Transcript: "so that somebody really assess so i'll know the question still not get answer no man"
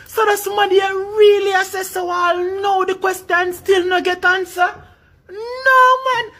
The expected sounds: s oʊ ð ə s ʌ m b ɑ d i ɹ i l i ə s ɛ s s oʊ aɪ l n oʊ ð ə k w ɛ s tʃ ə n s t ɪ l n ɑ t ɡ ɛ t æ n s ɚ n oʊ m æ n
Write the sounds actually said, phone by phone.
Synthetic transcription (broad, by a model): s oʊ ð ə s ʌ m ɑ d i ɹ i l i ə s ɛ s s oʊ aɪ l n oʊ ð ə k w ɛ s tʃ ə n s t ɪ l n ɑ ɡ ɛ t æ n s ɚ n oʊ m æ n